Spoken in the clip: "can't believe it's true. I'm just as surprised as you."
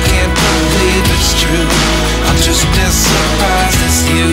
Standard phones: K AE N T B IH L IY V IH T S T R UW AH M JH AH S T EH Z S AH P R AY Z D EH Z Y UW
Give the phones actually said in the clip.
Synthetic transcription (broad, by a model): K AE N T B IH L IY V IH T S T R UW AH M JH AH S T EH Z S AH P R AY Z IH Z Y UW